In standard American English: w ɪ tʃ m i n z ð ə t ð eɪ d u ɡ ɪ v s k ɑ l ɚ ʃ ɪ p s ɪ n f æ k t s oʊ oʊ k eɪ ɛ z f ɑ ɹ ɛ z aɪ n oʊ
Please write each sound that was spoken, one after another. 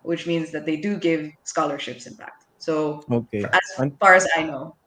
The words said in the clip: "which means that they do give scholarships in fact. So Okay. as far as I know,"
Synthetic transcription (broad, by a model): w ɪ tʃ m i n z ð ə t ð eɪ d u ɡ ɪ v s k ɑ l ɚ ʃ ɪ p s ɪ n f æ k t s oʊ oʊ k eɪ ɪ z f ɑ ɹ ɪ z aɪ n oʊ